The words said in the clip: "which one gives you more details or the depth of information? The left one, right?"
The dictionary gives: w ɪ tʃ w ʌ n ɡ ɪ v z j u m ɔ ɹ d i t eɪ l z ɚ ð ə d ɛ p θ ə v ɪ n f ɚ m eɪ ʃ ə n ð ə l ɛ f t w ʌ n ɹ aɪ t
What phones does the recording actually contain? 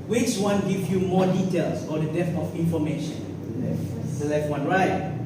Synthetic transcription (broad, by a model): w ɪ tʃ w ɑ n ɡ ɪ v j u m ɔ d i t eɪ l s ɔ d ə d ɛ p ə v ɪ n f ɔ m eɪ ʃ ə n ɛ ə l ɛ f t w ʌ n ɹ aɪ t